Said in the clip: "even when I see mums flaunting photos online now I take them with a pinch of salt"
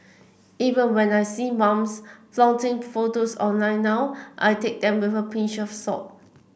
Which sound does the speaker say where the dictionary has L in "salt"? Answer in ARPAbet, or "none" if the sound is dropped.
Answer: none